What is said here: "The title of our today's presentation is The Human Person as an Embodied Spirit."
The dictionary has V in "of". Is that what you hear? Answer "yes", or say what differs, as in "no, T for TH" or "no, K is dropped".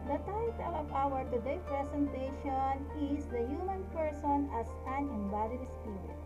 no, P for V